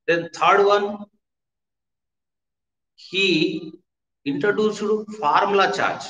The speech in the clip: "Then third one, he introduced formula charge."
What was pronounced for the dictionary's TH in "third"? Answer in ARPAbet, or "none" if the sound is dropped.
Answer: T